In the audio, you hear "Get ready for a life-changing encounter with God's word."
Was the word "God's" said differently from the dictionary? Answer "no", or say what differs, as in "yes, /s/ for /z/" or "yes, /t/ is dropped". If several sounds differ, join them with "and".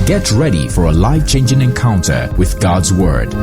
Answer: no